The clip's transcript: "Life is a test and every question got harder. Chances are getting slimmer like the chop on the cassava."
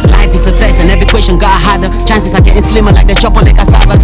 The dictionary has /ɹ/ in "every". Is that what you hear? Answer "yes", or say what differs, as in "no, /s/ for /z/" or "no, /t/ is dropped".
no, /ɹ/ is dropped